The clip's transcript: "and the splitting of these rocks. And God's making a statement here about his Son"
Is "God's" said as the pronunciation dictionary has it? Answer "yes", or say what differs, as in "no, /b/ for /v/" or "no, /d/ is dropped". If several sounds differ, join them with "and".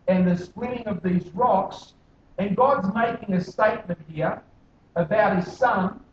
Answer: yes